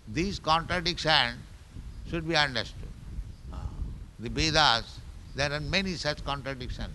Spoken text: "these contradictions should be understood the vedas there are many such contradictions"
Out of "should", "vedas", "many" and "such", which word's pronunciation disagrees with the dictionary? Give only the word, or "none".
vedas